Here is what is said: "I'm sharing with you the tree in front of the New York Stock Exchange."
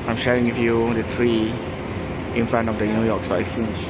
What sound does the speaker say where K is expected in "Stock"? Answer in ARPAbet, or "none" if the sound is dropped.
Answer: none